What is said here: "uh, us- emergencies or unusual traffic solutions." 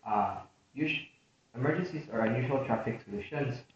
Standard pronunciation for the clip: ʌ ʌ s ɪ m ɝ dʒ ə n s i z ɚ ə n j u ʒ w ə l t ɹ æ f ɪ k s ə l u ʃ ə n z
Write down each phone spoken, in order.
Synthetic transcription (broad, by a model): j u ʃ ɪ m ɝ dʒ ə n s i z ɚ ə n j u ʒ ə l t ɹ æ f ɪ k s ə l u ʃ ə n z